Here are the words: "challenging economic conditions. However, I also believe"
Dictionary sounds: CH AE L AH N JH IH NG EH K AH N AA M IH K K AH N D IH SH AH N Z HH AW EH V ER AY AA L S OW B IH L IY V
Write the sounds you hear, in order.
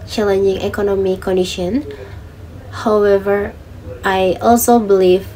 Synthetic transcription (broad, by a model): CH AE L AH N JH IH NG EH K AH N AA M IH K K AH N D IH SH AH N HH AW EH V ER AY AA L S OW B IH L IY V